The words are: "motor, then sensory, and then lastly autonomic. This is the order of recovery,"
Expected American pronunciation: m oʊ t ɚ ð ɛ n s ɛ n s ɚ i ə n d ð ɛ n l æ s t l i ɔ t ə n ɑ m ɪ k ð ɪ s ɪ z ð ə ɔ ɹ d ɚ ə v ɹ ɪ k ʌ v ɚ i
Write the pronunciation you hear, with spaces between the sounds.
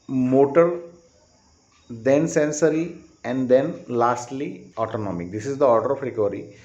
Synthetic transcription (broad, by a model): m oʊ t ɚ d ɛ n s ɛ n s ɚ i ə n d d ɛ n l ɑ s t l i ɔ t ə n ɑ m ɪ k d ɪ s ɪ z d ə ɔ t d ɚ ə p ɹ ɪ k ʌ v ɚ i